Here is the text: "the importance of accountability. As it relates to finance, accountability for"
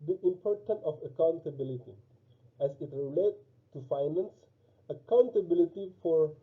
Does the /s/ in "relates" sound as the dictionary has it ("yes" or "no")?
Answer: no